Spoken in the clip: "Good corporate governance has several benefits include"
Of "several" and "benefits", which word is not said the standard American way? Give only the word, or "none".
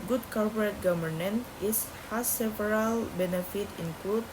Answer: benefits